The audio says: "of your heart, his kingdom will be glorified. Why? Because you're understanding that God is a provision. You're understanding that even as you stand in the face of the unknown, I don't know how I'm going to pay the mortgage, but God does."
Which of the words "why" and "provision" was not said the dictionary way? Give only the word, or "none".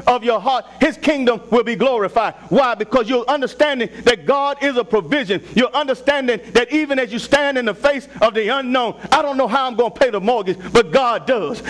none